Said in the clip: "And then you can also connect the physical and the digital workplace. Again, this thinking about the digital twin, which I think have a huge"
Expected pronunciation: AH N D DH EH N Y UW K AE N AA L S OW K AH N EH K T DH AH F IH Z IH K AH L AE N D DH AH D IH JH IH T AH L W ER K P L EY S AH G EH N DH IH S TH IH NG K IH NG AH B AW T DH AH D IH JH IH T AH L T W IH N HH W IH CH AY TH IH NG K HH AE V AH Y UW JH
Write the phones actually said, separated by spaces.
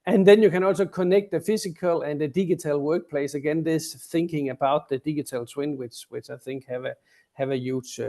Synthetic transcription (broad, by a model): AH N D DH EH N Y UW K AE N AA L S OW K AH N EH K T DH AH F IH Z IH K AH L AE N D DH AH D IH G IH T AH L W ER K P L EY S AH G EH N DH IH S TH IH NG K IH NG AH B AW T DH AH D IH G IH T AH L S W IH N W W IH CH AY TH IH NG K HH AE V AH Y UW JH